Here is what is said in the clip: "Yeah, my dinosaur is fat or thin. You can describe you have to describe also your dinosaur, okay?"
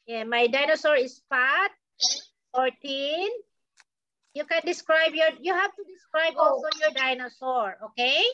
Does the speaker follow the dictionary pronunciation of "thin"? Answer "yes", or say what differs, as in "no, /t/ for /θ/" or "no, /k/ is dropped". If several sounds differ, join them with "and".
no, /t/ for /θ/